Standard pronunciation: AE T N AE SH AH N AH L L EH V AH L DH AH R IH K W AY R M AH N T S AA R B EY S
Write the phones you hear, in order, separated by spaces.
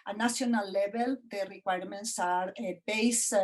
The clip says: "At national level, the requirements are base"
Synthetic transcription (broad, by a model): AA N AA S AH N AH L L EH B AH L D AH R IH K W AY R M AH N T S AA R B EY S